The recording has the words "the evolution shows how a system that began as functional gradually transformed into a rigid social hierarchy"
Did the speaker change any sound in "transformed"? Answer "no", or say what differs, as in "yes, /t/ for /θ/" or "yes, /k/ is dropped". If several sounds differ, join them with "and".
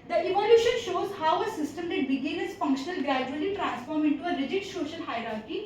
yes, /d/ is dropped